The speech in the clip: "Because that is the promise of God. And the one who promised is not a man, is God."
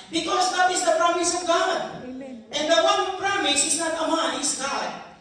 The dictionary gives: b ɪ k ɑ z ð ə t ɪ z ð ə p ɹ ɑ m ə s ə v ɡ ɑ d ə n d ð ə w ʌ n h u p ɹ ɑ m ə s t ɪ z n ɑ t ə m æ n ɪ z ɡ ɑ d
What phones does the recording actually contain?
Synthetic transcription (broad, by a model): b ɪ k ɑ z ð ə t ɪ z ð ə p ɹ ɑ m ə s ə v ɡ ɑ d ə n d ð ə w ʌ n p ɹ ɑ m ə s ɪ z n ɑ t ə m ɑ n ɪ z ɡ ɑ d